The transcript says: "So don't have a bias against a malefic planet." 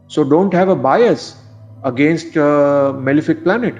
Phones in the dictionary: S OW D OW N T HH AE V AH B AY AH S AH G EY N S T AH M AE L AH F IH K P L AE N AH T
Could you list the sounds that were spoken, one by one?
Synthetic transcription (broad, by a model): S OW D OW N T HH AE V AH B AY AH S AH G EY N S T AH M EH L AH F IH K P L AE N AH T